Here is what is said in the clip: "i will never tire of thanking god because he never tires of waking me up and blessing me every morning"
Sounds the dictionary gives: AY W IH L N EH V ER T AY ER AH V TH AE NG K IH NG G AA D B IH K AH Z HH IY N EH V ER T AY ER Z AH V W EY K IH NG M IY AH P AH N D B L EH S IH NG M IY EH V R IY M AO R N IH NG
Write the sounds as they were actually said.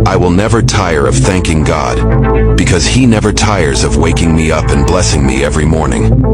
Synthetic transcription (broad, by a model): AY W IH L N EH V ER T AY ER AH V TH AE NG K IH NG G AA D B IH K AH Z HH IY N EH V ER T AY ER Z AH V W EY K IH NG M IY AH P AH N B L EH S IH NG M IY EH V R IY M AO R N IH NG